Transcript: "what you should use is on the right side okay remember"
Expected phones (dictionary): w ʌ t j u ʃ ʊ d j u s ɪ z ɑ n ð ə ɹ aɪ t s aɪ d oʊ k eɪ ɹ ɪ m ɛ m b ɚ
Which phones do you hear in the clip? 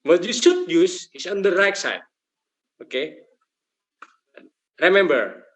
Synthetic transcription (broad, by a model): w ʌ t j u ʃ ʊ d j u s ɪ s ɑ n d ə ɹ aɪ t s aɪ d oʊ k eɪ ɹ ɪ m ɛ m b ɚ